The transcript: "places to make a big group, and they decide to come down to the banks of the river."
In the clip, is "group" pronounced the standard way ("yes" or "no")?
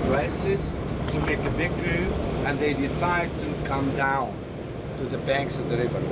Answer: no